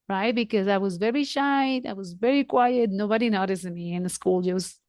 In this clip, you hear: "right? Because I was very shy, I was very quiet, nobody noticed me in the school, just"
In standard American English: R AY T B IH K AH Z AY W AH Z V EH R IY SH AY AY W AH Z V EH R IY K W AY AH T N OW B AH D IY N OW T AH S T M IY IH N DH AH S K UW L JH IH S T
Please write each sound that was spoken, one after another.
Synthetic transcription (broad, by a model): R AY T B IH K AH Z AY W AH Z V EH R IY SH AY AY W AH Z V EH R IY K W AY AH T N OW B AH D IY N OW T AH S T M IY IH N DH AH S K UW L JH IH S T